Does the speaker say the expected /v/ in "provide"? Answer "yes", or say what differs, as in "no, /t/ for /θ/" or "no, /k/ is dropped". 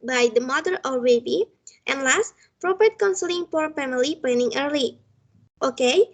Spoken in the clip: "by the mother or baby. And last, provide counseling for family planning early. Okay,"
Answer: no, /p/ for /v/